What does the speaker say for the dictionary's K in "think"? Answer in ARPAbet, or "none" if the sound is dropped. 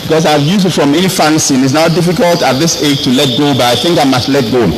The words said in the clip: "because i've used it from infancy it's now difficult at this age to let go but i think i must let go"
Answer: K